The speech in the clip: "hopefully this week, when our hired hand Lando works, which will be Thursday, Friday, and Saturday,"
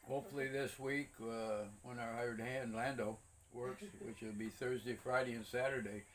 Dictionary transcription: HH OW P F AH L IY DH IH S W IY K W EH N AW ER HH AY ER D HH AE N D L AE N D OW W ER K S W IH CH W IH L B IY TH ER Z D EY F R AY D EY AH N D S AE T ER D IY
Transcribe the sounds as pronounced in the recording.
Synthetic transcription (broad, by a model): HH OW P F L IY DH IH S W IY K W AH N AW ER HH AY ER D HH AE N D L AE N D OW W ER K S W IH CH W IH L B IY TH ER Z D EY F R AY D EY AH N S AE T ER D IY